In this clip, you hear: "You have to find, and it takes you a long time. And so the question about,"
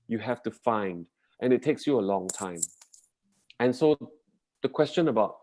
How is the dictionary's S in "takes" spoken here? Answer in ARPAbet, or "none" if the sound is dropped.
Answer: S